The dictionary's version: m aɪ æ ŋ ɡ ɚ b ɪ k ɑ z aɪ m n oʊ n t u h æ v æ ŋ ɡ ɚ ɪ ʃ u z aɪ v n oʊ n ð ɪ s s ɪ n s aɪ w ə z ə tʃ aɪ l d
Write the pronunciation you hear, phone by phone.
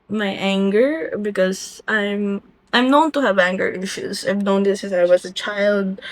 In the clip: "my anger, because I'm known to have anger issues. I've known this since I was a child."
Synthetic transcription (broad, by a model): m aɪ æ ŋ ɡ ɚ b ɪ k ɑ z aɪ m n oʊ n t u h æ v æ ŋ ɡ ɚ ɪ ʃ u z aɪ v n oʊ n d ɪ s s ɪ s aɪ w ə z ə tʃ aɪ l d